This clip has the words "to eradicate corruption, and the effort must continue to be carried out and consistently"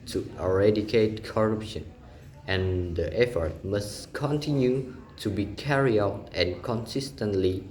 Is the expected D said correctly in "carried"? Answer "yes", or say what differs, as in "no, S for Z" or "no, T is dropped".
no, D is dropped